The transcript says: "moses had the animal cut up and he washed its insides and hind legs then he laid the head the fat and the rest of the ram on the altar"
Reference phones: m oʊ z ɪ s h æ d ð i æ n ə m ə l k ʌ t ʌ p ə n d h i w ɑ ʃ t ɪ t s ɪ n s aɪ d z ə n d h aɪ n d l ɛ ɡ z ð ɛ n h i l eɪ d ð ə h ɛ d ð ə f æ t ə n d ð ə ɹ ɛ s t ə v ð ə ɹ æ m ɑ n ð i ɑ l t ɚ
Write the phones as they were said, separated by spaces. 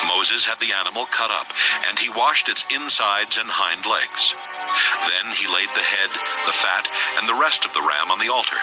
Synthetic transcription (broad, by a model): m oʊ z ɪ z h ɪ d ð i æ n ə m l k ʌ t ʌ p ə n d i w ɑ ʃ t ɪ t s ɪ n s aɪ d z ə n h aɪ n d l ɛ ɡ z ð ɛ n i l eɪ d ð ə h ɛ d ð ə f æ t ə n ð ə ɹ ɛ s t ə v ð ə ɹ æ m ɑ n ð i ɑ l t ɚ